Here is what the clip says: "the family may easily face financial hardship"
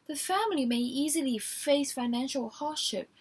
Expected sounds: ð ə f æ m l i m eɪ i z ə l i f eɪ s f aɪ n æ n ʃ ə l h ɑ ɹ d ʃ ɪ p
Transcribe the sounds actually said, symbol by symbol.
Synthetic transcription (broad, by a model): ð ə f æ m l i m eɪ i z ə l i f eɪ s f aɪ n æ n ʃ ə l h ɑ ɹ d ʃ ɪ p